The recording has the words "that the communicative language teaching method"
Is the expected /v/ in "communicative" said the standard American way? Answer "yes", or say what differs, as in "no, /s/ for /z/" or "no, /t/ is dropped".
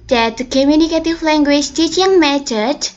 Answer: no, /f/ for /v/